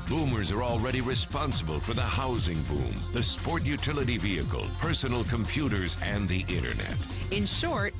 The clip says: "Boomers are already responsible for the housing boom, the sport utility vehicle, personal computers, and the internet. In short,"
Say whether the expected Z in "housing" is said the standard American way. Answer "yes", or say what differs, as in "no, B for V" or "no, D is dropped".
yes